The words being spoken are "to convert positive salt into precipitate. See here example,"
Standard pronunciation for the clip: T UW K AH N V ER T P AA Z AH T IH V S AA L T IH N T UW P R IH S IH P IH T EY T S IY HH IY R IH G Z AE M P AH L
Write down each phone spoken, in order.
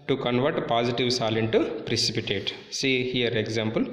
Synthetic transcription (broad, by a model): T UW K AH N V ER T P AA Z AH T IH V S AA L IH N T UW P R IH S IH P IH T EY T S IY HH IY R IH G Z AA M P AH L